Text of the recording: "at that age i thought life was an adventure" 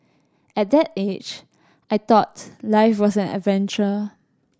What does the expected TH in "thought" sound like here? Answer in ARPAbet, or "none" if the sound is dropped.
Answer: T